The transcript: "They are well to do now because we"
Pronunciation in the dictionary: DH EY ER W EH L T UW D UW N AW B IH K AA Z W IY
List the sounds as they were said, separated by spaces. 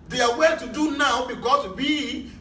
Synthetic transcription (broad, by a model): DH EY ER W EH N T UW D UW N AW B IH K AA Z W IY